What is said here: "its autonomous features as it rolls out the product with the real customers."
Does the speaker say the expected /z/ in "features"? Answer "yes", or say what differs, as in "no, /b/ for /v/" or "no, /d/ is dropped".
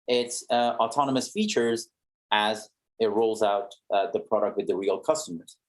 yes